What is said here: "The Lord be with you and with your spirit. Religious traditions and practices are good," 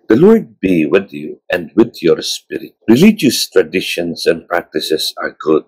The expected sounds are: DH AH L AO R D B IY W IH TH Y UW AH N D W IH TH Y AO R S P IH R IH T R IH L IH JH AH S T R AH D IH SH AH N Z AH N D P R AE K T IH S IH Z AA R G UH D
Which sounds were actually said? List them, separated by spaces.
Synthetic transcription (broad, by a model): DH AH L AO R D B IY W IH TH Y UW AH N D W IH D Y AO R S P IH R IH T R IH L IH JH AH S T R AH D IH SH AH N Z AH N D P R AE K T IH S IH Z AA R G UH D